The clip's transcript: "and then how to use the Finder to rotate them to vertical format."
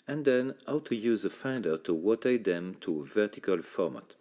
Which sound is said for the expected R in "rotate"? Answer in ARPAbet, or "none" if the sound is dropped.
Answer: W